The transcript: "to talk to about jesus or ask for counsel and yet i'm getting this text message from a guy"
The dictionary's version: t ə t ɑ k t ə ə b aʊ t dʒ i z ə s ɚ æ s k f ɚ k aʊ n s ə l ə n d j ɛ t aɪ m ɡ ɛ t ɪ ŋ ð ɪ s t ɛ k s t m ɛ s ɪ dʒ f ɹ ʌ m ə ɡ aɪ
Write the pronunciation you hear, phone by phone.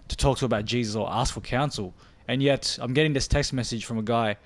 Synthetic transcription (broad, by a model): t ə t ɑ k t ə ə b aʊ t dʒ i z ə s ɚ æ s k f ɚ k aʊ n s l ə n j ɛ t aɪ m ɡ ɛ t ɪ ŋ ð ɪ s t ɛ k s t m ɛ s ɪ dʒ f ɹ ʌ m ə ɡ aɪ